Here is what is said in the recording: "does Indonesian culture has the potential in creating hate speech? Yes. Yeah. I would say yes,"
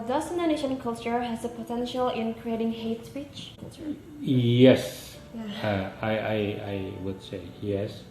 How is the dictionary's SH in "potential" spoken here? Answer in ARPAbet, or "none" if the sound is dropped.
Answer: SH